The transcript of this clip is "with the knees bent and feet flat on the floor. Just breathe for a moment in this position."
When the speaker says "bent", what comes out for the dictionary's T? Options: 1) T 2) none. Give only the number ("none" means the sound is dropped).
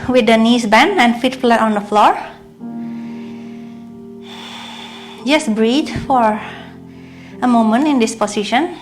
2